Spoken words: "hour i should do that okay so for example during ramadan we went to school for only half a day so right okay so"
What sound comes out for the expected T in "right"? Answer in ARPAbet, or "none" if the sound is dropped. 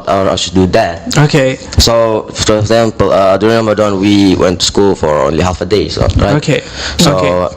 none